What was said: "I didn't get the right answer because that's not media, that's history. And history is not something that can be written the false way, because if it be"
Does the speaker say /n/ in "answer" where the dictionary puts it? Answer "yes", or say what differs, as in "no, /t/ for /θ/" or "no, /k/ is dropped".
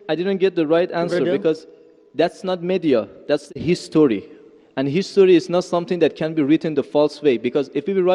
yes